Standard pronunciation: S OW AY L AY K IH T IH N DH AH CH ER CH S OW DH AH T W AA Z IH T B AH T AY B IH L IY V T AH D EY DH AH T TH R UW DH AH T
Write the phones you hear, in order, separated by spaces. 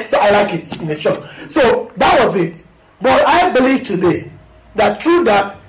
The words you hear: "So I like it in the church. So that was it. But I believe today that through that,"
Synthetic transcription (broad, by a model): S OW AY L AY K IH T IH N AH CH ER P S OW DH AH T W AA Z IH T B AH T AY B IH L IY V T AH D EY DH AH T T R UW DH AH T